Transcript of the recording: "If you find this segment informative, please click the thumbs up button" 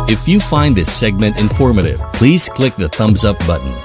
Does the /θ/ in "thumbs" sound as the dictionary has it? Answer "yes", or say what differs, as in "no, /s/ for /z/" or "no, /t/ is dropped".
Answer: yes